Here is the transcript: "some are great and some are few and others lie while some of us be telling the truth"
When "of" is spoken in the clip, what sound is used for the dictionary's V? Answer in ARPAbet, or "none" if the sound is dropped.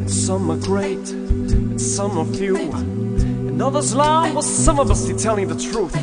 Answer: B